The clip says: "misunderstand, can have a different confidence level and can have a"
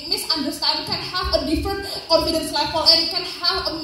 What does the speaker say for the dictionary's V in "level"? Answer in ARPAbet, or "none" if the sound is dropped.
F